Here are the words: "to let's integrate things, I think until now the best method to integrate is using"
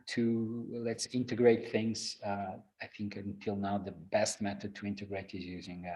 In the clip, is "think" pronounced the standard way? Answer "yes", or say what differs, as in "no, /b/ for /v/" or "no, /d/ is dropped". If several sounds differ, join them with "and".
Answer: yes